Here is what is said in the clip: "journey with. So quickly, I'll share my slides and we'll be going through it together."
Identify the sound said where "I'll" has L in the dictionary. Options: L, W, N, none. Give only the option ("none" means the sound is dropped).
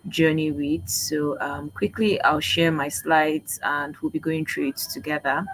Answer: L